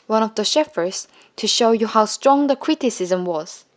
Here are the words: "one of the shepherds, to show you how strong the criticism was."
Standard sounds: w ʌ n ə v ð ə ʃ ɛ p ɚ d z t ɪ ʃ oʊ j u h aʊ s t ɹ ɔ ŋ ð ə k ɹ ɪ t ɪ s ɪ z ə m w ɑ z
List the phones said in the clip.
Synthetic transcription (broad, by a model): w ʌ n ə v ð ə ʃ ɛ f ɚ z t ɪ ʃ oʊ j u h aʊ s t ɹ ɔ ŋ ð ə k ɹ ɪ t ɪ s ɪ z ə m w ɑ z